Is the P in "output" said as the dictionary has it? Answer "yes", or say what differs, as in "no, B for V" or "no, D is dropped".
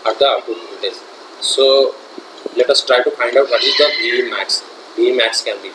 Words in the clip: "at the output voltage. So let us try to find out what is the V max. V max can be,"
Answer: no, P is dropped